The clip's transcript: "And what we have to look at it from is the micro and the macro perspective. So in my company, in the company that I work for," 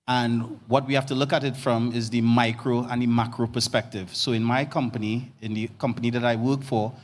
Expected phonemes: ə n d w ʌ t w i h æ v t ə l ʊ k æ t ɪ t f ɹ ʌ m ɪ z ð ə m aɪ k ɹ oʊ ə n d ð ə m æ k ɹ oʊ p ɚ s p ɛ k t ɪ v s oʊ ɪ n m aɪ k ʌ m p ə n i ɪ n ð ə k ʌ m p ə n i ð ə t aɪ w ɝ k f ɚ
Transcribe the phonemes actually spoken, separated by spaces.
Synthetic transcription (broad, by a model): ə n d w ʌ t w i h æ f t ə l ʊ k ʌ t ɪ t f ɹ ʌ m ɪ z ð ə m aɪ k ɹ oʊ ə n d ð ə m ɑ k ɹ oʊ p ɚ s p ɛ k t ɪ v s oʊ ɪ n m aɪ k ʌ m p ə n i ɪ n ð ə k ʌ m p ə n i ð ə t aɪ w ɝ k f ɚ